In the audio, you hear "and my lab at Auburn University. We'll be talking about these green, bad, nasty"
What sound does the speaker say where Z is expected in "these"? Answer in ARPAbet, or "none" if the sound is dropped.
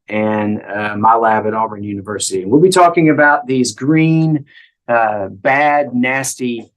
Z